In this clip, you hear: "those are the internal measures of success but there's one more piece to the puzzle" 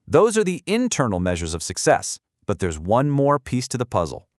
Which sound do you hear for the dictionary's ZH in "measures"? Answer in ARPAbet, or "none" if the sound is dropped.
ZH